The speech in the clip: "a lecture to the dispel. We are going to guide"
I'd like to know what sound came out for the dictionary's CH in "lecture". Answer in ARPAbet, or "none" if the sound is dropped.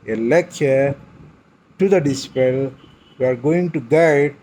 none